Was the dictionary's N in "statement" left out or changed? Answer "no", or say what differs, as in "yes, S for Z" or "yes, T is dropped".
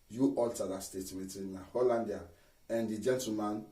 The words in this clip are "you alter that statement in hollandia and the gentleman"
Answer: yes, N is dropped